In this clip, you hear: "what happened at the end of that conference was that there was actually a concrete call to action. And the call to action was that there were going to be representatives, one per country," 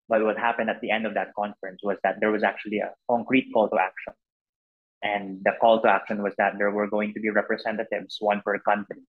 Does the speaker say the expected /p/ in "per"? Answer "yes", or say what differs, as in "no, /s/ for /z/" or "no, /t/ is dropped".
no, /f/ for /p/